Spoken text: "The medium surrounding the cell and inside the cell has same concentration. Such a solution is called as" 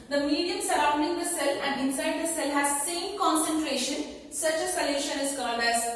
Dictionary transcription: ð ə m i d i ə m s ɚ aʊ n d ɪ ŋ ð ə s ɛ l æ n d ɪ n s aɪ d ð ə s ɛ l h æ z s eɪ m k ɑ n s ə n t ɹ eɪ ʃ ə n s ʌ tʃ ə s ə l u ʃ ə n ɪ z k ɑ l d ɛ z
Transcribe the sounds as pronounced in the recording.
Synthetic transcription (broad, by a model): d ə m i d i ə m s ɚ aʊ n d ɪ ŋ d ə s ɛ l æ n d ɪ n s aɪ d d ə s ɛ l h æ z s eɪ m k ɑ n s ə n t ɹ eɪ ʃ ə n s ʌ tʃ ə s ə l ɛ ʃ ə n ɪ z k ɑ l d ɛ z